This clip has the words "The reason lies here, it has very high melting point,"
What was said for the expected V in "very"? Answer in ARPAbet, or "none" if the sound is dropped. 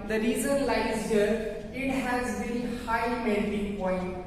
B